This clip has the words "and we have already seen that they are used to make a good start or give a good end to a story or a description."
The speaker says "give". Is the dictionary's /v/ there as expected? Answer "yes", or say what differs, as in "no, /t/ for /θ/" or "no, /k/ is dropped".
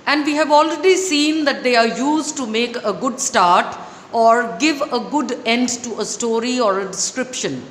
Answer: yes